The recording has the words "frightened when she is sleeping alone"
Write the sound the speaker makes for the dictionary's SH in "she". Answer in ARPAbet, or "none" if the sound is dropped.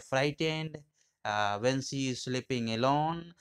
S